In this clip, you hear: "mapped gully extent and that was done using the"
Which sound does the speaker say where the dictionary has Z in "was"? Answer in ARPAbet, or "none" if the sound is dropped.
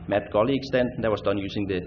S